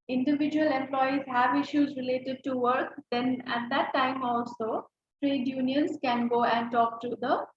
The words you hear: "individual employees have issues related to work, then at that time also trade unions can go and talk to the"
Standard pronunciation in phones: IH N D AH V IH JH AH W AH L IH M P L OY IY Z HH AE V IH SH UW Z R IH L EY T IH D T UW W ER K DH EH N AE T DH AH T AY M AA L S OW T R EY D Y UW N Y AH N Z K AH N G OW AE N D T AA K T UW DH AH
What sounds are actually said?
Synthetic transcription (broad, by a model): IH N D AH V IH JH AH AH L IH M P L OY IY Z HH AE V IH SH UW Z R IH L EY T IH D T UW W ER K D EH N AE T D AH T AY M AA L S OW T R EY D Y UW N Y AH N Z K AH N G OW AE N D T AA K T UW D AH